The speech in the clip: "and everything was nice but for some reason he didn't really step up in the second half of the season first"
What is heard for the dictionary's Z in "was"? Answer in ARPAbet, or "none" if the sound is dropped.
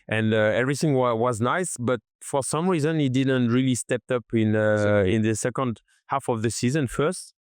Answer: Z